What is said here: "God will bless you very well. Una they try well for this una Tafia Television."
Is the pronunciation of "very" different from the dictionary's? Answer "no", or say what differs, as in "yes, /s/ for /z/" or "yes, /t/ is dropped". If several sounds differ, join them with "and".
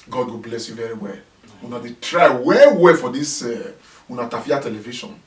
no